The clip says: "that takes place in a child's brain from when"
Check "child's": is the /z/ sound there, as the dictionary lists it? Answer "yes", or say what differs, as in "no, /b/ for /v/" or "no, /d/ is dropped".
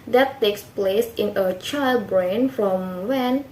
no, /z/ is dropped